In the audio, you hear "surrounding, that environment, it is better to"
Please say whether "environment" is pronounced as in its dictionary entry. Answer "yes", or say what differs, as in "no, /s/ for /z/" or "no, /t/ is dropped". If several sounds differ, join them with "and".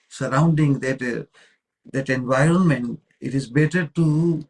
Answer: yes